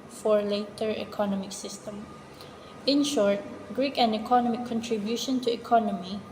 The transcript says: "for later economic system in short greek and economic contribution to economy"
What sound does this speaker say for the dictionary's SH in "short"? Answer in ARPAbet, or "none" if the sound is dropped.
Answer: SH